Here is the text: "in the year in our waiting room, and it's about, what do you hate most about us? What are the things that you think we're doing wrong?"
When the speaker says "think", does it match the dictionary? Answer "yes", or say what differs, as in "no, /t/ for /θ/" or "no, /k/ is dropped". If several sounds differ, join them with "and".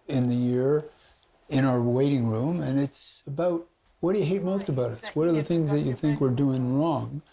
yes